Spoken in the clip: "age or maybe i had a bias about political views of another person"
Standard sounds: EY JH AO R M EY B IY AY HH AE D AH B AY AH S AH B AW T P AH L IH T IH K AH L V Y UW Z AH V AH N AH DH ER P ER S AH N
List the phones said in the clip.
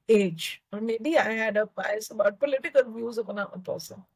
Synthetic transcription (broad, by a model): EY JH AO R M EY B IY AY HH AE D AH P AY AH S AH B AW T P AH L IH T IH K AH L V Y UW Z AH P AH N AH ER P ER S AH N